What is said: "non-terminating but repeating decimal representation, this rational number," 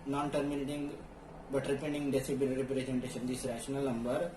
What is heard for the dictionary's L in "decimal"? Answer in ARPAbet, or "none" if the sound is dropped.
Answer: N